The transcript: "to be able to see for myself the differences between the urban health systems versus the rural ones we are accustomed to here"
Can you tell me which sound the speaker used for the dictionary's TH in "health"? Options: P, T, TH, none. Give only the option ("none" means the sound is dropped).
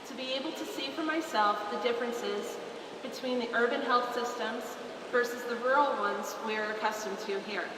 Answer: TH